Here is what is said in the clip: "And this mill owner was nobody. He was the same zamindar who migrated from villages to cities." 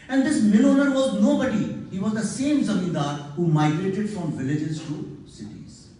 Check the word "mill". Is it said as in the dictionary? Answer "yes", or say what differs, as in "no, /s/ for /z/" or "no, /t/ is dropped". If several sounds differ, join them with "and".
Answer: no, /n/ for /l/